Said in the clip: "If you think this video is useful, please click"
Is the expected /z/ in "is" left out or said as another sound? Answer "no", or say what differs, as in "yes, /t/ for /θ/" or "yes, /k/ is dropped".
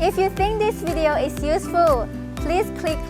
yes, /s/ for /z/